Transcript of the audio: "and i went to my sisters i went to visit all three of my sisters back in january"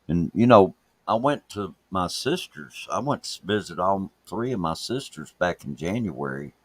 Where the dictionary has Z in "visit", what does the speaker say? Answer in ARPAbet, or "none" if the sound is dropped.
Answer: Z